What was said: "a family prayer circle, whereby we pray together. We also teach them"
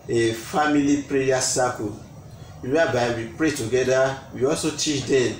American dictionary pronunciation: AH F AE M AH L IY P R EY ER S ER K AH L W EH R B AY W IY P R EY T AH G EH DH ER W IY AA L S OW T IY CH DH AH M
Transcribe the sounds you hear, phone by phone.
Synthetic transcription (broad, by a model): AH F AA M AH L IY P R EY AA S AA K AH W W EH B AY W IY P R EY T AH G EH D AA W IY AA L S OW T IY CH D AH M